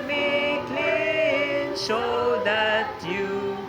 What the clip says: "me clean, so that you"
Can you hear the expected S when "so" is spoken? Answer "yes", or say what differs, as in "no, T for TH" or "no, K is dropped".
no, SH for S